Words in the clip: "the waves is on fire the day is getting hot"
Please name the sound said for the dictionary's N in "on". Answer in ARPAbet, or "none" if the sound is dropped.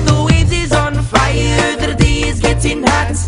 N